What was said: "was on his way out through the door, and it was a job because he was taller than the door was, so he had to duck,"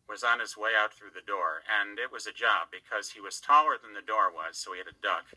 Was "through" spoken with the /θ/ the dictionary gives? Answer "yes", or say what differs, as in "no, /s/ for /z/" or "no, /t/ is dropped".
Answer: yes